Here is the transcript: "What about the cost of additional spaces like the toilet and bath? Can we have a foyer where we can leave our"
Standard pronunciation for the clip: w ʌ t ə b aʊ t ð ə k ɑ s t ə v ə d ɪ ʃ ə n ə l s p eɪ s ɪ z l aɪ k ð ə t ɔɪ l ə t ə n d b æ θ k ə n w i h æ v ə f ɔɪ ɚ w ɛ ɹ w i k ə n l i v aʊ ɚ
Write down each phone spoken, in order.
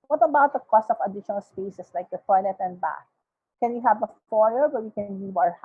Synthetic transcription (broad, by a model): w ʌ t ə b aʊ t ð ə k ɑ s t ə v ə d ɪ ʃ ə n ə l s p eɪ s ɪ s l aɪ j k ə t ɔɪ n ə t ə n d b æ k k ə n w i h æ v ə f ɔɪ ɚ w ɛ w i k ə n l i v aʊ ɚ